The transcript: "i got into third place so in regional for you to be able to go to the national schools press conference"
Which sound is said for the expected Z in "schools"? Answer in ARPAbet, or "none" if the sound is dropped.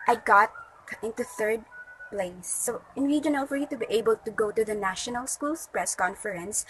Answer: S